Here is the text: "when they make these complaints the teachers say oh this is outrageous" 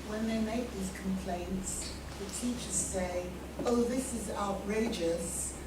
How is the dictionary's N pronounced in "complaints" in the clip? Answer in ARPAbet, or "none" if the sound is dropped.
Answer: N